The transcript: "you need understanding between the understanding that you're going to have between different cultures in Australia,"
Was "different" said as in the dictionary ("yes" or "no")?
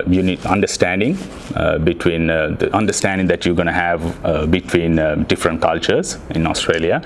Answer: yes